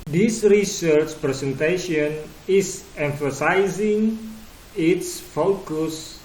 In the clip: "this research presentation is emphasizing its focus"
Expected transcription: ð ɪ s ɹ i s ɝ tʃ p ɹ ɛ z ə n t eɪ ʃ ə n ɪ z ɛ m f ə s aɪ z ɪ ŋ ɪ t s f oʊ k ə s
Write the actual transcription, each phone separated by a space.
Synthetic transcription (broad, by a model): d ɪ s ɹ i s ɝ tʃ p ɹ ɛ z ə n t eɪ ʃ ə n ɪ s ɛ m f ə s aɪ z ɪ ŋ ɪ t s f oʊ k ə s